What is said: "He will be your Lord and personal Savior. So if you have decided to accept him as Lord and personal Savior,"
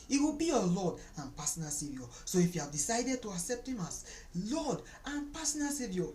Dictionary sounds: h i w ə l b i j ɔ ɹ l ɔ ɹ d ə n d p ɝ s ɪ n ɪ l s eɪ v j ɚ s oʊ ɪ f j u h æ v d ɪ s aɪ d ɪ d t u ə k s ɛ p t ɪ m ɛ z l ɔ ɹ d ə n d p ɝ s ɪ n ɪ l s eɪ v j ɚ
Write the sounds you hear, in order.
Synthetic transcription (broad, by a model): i w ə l b i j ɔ l ɔ d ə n p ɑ s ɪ n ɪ s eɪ v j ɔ s oʊ ɪ f j u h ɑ v d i s aɪ d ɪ d t u ə k s ɛ p t ɪ m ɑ s l ɔ d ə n p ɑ s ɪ n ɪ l s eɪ v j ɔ